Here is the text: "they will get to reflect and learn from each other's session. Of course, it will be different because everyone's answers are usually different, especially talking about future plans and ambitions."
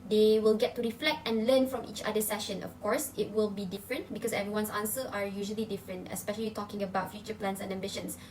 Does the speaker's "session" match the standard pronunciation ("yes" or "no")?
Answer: yes